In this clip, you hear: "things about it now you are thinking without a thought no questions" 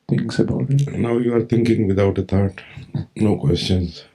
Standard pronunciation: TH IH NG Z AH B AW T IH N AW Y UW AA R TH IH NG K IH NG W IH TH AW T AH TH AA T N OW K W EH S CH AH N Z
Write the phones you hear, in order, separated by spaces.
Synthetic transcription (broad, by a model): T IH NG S AH B AW T IH N AW Y UW AA R T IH NG K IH NG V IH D AW T AH T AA T N OW K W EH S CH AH N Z